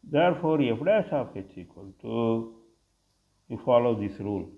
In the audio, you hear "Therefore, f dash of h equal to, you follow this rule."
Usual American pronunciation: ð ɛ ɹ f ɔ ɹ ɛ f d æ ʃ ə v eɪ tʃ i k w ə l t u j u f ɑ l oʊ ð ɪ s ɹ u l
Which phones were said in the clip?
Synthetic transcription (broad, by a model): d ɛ ɹ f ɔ ɹ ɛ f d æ s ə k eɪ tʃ i k w ə l t u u f ɑ l oʊ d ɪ s ɹ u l